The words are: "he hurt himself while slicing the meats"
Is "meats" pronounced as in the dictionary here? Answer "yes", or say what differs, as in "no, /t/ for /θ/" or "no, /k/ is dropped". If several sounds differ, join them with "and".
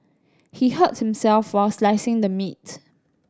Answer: no, /s/ is dropped